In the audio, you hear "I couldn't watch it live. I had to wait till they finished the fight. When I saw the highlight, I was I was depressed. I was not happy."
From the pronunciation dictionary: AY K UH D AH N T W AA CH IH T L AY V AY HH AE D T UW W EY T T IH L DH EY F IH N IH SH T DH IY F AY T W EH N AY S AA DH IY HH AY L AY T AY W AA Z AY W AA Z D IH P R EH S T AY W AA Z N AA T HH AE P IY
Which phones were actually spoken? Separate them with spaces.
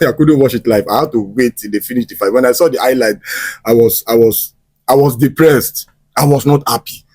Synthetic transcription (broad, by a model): AY K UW D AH N T W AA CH IH T L AY F AY HH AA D T UW W EY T T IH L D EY F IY N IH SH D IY F AY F W EH N AY S AA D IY AY L AY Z AY W AA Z AY W AA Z D IH P R EH S T AY W AA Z N AA T HH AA P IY